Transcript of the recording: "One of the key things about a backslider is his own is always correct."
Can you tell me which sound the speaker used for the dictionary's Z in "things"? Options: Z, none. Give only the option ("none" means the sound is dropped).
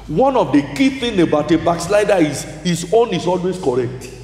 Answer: none